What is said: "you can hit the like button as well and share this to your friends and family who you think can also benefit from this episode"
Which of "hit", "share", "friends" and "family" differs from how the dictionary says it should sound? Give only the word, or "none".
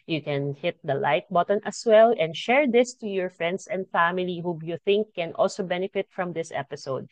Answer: friends